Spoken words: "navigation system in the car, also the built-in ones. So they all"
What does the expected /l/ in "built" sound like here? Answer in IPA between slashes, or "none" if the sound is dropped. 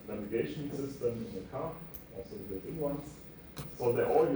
none